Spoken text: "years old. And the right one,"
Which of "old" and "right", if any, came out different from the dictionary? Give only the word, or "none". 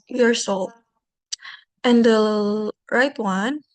old